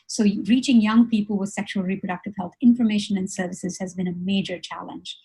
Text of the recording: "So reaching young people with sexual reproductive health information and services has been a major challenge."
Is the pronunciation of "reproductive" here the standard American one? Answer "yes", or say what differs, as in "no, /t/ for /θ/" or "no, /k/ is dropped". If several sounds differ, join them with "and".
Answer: yes